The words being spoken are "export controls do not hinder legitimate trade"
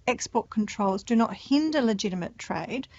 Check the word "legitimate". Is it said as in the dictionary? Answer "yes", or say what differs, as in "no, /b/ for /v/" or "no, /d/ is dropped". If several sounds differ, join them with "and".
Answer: yes